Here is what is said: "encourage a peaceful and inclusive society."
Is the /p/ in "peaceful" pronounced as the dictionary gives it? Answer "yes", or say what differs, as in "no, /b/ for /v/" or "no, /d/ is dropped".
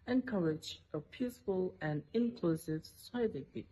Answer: yes